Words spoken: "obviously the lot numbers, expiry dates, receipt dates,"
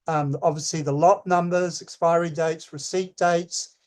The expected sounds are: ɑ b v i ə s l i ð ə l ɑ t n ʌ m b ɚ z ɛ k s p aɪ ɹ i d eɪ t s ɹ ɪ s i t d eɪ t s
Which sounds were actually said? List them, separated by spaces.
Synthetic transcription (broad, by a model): ɑ b v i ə s l i ð ə l ɑ t n ʌ m b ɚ z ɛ k s p aɪ ɹ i d eɪ t s ɹ ɪ s i t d eɪ t s